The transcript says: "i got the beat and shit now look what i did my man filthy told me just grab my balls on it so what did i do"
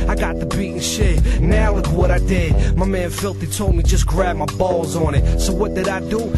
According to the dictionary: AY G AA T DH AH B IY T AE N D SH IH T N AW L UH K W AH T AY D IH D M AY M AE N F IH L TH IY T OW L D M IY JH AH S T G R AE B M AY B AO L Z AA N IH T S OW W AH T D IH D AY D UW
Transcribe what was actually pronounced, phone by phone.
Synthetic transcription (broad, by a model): AY G AA T DH AH B IY T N SH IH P N AW W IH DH W AH T AY D IH D M AY M AE N F IH L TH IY T OW L D M IY JH AH S G R AE B M AY B AO L Z N IH T S OW W AH T D IH D AY D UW